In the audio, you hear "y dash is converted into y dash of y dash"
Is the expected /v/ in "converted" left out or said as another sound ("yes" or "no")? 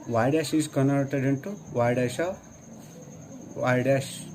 yes